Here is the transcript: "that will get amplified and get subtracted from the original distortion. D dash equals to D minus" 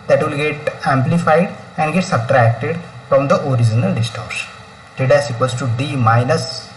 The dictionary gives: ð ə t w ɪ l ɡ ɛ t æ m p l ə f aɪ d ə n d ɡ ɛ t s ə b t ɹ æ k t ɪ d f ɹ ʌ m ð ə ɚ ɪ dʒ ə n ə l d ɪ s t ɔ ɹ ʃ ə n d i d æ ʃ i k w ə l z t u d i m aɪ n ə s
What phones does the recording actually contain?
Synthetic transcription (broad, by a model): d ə t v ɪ l ɡ ɛ t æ m p l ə f aɪ d ə n d ɡ ɛ t s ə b t ɹ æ k t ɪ d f ɹ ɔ m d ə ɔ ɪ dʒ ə n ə l d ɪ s t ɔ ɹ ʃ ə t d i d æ s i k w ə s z t u d i m aɪ n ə s